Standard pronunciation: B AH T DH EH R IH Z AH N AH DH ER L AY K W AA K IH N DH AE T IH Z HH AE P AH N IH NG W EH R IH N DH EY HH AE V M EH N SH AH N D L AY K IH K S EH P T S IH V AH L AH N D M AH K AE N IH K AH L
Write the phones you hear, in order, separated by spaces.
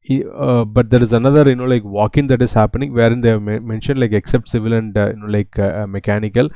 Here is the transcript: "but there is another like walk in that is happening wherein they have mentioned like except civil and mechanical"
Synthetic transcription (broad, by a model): B AH T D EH R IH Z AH N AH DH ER L AY K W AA K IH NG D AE T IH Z HH AE P AH N IH NG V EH R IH N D EY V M M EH N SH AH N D L AY K IH K S EH P T S IH V AH L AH N D M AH K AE N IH K AH L